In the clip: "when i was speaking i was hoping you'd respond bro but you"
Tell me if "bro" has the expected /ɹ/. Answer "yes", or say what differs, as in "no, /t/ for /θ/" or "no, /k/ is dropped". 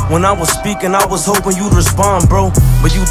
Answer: yes